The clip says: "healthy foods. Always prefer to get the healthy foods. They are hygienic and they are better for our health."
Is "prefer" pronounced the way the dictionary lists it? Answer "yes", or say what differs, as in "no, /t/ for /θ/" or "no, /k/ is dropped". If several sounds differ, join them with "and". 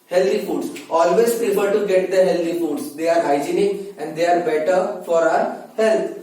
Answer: no, /ɹ/ is dropped and /p/ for /f/